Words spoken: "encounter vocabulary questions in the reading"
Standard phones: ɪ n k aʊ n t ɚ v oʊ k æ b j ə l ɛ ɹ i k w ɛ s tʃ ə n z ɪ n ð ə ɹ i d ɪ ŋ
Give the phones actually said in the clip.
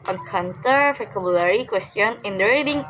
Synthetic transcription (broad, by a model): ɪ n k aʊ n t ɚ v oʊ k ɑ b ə l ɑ ɹ i k w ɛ s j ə n ɪ n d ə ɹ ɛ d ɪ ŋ